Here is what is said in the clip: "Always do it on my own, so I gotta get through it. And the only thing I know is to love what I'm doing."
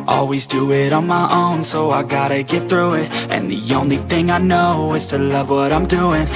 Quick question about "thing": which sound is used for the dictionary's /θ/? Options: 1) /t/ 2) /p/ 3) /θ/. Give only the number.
3